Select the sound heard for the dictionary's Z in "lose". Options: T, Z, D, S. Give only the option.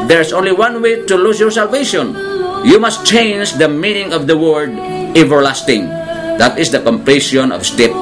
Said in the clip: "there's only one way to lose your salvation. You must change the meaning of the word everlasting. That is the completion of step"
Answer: S